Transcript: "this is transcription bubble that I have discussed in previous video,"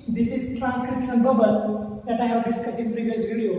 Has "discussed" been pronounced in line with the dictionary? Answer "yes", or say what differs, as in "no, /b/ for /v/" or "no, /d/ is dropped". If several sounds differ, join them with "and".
no, /t/ is dropped